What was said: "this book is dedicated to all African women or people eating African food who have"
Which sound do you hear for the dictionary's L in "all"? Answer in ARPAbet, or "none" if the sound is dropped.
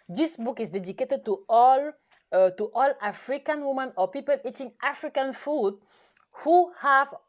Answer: L